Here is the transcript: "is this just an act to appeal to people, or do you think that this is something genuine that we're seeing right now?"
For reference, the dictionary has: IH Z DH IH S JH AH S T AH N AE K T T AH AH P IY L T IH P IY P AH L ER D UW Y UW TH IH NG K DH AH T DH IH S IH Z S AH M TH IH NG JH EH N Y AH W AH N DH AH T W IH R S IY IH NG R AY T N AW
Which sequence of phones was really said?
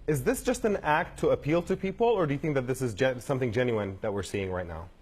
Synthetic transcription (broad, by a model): IH Z DH IH S JH AH S T AH N AE K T T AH AH P IY L T IH P IY P L ER D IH Y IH TH IH NG K DH AH T DH IH S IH Z S AH M TH IH NG JH EH N Y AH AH N DH AH T W IH R S IY IH NG R AY T N AW